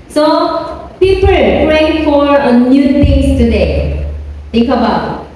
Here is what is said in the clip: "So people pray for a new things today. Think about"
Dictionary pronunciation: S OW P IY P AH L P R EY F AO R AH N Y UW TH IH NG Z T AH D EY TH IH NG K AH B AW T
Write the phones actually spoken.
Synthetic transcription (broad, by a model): S OW P IY P AH L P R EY F AO R AH N Y UW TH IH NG S T AH D EY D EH K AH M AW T